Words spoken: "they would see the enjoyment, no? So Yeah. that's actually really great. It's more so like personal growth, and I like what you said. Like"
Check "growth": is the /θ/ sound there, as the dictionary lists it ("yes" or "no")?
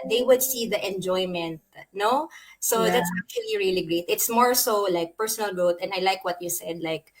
no